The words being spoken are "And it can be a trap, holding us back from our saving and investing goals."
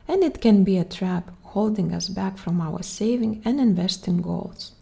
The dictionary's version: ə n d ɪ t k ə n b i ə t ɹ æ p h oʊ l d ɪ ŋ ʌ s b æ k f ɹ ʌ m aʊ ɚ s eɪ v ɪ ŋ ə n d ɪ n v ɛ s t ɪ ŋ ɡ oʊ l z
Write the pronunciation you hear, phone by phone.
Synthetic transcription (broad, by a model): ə n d ɪ t k ə n b i ə t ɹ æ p h oʊ l d ɪ ŋ ʌ s b æ k f ɹ ʌ m aʊ ɚ s eɪ v ɪ ŋ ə n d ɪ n v ɛ s t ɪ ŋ ɡ oʊ l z